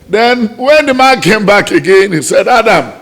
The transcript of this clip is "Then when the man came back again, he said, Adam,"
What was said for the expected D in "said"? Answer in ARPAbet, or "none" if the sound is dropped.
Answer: D